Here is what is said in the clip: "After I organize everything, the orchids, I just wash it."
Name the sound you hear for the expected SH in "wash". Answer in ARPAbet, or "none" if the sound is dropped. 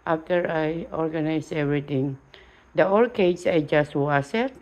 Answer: S